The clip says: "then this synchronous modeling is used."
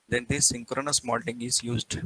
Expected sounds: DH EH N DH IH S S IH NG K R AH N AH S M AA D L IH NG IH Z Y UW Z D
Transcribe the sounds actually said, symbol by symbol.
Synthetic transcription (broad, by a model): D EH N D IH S S IH NG K R AH N AH S M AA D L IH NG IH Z Y UW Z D